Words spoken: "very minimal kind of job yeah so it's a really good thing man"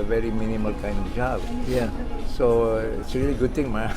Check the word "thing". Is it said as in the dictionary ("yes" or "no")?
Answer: no